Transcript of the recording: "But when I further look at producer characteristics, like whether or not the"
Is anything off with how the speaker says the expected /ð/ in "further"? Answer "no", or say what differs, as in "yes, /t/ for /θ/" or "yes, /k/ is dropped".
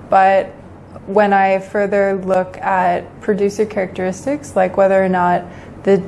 no